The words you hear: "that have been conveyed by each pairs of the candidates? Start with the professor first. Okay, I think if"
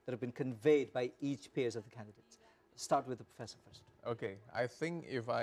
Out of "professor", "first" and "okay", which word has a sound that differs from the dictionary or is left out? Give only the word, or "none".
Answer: none